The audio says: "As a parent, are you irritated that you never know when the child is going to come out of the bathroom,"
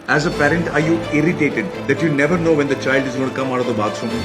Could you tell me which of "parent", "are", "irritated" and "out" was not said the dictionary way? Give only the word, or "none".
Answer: none